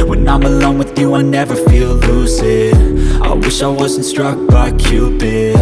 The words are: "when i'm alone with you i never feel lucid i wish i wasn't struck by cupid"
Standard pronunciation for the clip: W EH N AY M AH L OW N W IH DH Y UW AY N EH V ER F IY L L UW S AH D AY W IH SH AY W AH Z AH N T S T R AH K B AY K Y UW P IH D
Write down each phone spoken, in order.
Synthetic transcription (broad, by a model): W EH N AY M AH L OW N W IH DH Y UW AY N EH V ER F IY L L UW S AH D AY W IH SH AY W AH Z N T S T R AH K B AY K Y UW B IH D